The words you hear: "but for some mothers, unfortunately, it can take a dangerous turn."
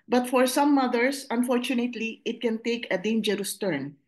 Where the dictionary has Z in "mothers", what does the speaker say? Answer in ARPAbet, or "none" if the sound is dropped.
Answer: S